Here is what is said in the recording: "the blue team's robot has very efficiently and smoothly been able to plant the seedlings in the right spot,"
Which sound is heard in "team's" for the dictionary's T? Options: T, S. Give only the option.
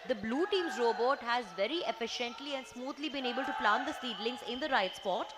T